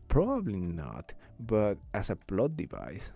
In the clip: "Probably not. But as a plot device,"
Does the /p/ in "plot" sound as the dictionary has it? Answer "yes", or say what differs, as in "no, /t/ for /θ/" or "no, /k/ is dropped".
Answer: no, /b/ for /p/